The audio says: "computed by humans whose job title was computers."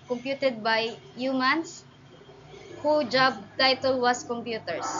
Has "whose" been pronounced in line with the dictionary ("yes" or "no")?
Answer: no